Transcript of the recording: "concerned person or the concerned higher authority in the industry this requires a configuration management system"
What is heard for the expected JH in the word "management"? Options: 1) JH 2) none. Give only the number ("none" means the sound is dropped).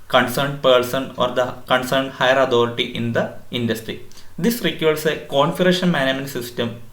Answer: 2